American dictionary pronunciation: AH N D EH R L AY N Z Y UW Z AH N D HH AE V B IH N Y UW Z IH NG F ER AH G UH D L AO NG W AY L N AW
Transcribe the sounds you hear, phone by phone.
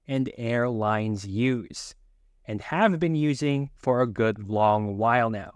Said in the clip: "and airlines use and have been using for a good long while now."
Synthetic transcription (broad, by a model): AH N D EH R L AY N Z Y UW Z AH N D HH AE V B IH N Y UW Z IH NG F ER AH G UH D L AO NG W AY L N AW